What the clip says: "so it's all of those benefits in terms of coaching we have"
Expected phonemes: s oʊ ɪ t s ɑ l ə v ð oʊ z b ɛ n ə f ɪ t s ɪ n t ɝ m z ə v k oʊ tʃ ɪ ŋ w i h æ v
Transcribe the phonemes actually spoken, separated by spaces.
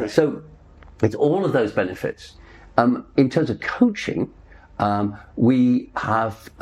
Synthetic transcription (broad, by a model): s oʊ ɪ t s ɑ l ə v ð oʊ z b ɛ n ə f ɪ t s ɪ n t ɝ m z ə v k oʊ tʃ ɪ ŋ w i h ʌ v